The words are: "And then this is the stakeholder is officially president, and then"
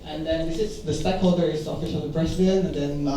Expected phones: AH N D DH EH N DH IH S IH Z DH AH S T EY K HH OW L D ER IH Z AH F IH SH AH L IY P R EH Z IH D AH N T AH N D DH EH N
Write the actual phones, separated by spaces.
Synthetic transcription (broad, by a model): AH N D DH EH N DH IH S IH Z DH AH S T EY K HH OW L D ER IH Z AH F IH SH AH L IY B R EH S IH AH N AH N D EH N